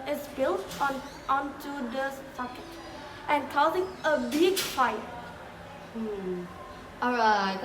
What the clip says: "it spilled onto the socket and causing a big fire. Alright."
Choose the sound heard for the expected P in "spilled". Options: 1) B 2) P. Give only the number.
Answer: 1